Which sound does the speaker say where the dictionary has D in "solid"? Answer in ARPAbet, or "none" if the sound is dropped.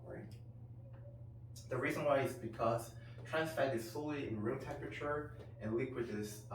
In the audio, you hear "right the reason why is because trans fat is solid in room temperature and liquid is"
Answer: none